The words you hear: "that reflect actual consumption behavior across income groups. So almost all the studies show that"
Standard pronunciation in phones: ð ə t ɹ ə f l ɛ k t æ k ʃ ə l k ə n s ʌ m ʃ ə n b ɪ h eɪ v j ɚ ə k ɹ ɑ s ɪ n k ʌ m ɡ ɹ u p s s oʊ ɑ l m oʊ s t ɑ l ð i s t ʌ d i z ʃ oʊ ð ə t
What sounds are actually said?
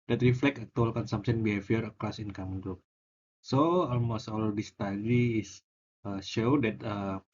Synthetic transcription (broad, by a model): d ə t ɹ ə f l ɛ k ʌ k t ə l k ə n s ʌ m s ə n b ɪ h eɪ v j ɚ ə k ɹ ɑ s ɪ n k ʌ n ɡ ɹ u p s s oʊ ɑ l m oʊ s t ɑ l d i s t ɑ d i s ʃ oʊ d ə t